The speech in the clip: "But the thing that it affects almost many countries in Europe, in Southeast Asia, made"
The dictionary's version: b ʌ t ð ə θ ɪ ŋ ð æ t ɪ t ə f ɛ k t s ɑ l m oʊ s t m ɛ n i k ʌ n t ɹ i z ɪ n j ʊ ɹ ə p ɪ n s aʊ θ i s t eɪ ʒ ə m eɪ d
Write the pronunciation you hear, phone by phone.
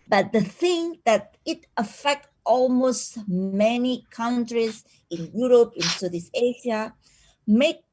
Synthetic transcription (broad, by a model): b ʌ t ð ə θ ɪ ŋ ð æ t ɪ t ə f ɛ k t ɑ l m oʊ s t m ɛ n i k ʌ n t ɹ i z ɪ n j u ɹ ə p ɪ n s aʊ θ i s eɪ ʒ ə m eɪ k